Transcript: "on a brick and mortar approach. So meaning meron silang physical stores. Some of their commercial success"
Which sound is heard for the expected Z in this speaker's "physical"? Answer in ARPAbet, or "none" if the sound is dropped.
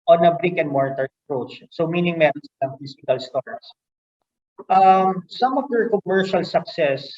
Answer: S